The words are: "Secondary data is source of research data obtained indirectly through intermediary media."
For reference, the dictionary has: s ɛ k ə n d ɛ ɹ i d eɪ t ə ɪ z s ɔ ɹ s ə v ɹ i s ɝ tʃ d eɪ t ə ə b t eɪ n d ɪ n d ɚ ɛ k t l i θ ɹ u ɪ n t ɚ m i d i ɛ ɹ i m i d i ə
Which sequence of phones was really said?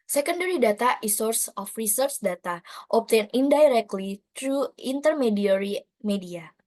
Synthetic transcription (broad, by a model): s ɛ k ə n d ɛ ɹ i d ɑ t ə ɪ s ɔ ɹ s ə f ɹ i s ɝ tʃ d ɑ t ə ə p t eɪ n d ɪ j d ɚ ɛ k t l i t ɹ u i n t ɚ m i d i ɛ ɹ i m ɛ d i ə